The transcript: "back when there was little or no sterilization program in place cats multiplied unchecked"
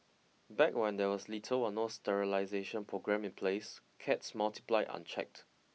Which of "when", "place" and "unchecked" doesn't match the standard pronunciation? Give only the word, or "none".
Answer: none